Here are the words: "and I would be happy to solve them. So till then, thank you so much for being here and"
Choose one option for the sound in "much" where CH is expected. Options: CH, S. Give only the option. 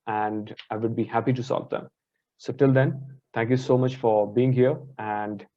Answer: CH